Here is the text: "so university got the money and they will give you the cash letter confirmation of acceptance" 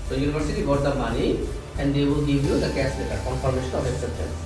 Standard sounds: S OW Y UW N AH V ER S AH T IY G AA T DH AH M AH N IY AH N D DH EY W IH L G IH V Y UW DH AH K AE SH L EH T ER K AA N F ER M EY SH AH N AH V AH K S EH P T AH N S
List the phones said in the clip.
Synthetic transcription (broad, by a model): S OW Y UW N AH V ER S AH T IY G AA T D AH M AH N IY AH N D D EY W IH L G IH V Y UW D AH K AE S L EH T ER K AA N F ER M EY SH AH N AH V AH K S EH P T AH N